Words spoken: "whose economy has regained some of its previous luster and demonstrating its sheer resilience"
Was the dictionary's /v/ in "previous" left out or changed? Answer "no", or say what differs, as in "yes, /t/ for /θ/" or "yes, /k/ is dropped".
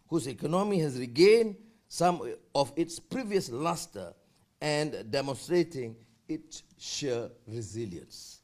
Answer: no